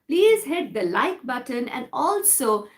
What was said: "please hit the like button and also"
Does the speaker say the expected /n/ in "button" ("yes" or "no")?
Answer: yes